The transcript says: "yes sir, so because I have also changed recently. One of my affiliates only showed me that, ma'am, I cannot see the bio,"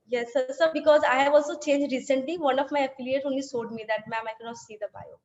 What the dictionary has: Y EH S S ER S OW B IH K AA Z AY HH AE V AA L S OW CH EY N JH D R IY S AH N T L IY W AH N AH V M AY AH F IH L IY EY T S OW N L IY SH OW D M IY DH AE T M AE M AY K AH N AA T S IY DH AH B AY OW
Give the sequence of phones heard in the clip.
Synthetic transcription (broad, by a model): Y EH S S ER B IH K AA Z AY HH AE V AA L S OW CH EY N JH D R IY S AH N T L IY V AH N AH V M AY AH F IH L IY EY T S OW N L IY S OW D M IY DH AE T M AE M AY K AH N AA T S IY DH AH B AY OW